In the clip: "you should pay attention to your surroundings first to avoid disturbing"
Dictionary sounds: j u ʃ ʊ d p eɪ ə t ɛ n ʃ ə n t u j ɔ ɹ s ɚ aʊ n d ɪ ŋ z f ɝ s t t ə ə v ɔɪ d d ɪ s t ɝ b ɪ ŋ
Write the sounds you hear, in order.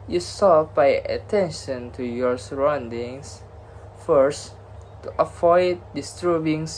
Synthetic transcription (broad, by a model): j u s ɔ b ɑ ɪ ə t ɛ n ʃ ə n t u j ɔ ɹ s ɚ aʊ n d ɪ ŋ s f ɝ s t t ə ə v ɔɪ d d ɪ s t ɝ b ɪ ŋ